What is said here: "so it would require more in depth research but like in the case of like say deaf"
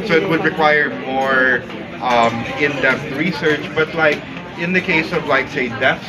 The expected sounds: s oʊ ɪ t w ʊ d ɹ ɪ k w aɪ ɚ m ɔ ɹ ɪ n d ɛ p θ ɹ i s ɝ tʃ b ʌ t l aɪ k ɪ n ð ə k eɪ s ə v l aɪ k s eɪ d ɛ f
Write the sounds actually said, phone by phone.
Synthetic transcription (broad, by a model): s oʊ ɪ t w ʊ d ɹ ɪ k w aɪ ɚ m ɔ ɹ ɪ n d ɛ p t ɹ i s ɝ tʃ b ʌ t l aɪ k ɪ n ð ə k eɪ s ə v l aɪ k s eɪ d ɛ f